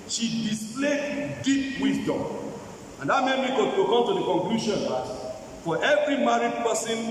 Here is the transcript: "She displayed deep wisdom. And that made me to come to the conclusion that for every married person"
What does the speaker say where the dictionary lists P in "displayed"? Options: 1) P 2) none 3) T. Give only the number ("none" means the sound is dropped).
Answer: 2